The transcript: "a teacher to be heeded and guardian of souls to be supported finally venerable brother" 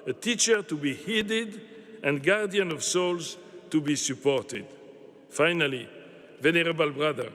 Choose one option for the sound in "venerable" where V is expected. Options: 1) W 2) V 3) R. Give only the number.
2